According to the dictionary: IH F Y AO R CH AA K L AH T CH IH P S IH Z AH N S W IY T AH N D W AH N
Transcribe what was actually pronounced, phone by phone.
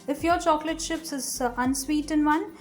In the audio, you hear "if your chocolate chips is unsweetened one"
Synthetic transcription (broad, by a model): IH F Y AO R CH AA K L AH T SH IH P S IH Z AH N S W IY T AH N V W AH N